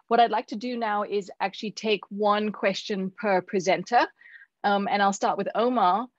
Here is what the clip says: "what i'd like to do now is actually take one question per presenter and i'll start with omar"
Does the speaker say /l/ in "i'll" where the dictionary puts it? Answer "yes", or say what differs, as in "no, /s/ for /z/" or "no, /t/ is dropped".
yes